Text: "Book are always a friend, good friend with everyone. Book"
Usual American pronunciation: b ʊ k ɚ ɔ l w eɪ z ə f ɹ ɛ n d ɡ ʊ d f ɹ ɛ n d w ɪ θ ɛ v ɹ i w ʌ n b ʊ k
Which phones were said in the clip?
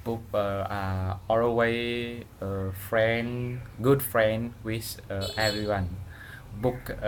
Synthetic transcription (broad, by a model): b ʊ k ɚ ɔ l w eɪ ə f ɹ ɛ n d ɡ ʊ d f ɹ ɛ n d w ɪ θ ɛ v ɹ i w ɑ n b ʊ k